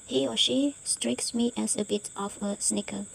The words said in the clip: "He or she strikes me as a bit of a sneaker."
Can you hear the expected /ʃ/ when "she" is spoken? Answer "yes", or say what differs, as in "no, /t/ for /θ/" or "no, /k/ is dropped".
yes